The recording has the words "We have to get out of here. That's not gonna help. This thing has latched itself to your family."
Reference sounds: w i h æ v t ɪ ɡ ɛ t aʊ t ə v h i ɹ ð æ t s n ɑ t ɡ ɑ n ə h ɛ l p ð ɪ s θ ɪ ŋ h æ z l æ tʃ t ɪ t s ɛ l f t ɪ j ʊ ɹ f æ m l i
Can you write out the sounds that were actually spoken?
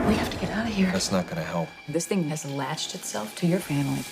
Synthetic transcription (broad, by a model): w i h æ f t ɪ ɡ ɛ t aʊ t h i ɹ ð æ t s n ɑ t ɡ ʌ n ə h ɛ l p ð ɪ s θ ɪ ŋ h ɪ z l æ tʃ t ɪ t s ɛ l f t ɪ j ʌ ɹ f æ m l i